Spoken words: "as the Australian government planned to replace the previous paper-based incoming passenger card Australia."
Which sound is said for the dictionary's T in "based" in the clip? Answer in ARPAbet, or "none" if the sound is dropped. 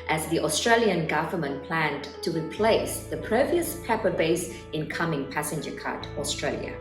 none